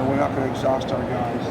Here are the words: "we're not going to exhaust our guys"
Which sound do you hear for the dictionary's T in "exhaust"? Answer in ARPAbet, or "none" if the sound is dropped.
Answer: T